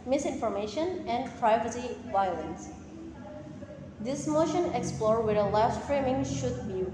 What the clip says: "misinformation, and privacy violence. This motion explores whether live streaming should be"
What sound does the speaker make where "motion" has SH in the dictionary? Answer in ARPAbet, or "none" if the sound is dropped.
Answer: SH